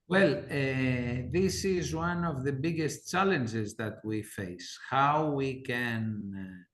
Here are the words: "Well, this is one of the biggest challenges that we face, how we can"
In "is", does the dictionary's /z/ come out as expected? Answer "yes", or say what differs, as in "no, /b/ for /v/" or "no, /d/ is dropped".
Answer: yes